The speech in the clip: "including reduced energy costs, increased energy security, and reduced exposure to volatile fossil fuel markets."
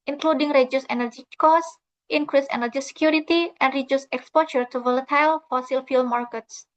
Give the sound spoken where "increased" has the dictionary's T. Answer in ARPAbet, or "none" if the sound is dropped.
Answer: none